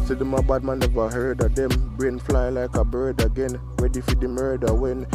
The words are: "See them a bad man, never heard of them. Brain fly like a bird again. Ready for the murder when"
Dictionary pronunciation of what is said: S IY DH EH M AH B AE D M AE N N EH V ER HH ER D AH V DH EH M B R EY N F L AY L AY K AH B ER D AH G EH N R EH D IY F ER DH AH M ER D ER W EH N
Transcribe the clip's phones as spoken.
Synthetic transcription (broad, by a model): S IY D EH M AH B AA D M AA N N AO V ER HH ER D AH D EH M B R EY N F L AY L AY K AH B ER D AH G EH N W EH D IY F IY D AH M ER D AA W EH N